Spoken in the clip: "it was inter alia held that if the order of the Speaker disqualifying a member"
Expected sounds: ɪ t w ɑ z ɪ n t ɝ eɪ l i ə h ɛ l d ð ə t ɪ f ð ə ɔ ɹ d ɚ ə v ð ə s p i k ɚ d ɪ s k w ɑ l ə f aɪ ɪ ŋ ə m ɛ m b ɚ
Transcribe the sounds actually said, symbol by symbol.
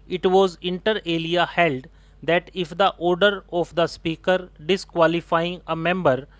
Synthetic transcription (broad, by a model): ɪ t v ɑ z ɪ n t ɝ eɪ l i ə h ɛ l d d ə t ɪ f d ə ɔ ɹ d ɚ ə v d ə s p i k ɚ d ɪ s k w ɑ l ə f aɪ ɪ ŋ ə m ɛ m b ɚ